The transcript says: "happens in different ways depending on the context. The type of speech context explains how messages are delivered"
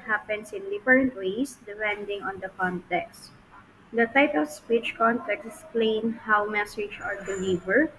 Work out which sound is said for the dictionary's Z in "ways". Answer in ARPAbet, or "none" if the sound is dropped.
S